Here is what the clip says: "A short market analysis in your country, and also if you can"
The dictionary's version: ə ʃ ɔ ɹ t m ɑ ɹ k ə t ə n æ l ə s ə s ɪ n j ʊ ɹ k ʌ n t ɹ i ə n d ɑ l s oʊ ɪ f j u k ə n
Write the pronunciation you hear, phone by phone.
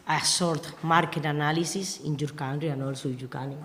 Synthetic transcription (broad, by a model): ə s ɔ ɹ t m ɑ ɹ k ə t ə n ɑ l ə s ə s ɪ n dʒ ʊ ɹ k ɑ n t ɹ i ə n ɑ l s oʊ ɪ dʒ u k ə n